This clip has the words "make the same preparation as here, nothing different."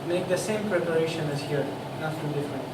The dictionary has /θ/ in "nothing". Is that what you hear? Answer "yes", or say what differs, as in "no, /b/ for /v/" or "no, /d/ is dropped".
no, /t/ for /θ/